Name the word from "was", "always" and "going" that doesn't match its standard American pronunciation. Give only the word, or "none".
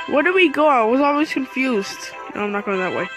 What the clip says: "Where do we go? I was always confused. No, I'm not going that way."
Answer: none